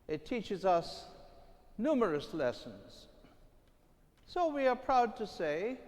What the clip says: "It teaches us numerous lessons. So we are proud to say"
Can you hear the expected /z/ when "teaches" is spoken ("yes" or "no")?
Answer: yes